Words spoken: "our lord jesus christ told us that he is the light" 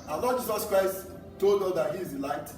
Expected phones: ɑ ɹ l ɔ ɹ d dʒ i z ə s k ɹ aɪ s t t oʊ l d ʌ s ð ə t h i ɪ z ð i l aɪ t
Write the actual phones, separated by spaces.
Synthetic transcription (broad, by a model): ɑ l ɔ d dʒ i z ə s k ɹ aɪ s t t oʊ l d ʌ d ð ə t h i ɪ z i l aɪ t